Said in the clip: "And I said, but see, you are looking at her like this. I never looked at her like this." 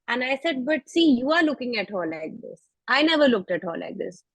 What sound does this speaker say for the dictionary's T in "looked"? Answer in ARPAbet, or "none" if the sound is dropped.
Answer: T